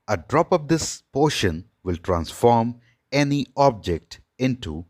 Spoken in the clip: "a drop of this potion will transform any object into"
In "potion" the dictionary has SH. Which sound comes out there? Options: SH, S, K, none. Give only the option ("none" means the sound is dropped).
SH